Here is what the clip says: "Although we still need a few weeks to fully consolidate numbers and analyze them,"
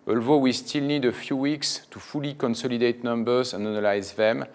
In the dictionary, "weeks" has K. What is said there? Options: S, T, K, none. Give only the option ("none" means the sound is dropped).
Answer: K